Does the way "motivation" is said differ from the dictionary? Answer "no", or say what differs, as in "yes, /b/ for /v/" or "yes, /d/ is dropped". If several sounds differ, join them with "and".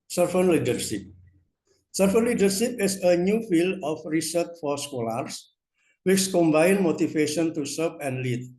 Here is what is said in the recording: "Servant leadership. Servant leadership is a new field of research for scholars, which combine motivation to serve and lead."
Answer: yes, /f/ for /v/